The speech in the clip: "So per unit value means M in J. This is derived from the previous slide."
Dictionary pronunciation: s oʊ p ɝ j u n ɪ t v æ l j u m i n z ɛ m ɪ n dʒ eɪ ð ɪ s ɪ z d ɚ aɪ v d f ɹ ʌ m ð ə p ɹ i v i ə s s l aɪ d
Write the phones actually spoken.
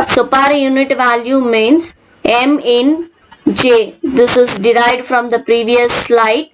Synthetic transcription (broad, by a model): s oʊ p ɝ j u n ɪ t v æ l j u m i n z ɛ m ɪ n dʒ eɪ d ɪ s ɪ z d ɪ aɪ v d f ɹ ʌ m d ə p ɹ i v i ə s s l aɪ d